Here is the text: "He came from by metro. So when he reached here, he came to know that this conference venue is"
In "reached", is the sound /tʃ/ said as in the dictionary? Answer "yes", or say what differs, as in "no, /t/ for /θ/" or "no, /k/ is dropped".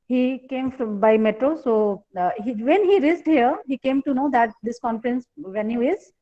no, /s/ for /tʃ/